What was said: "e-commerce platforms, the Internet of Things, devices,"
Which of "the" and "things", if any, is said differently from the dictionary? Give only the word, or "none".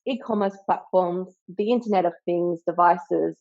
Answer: none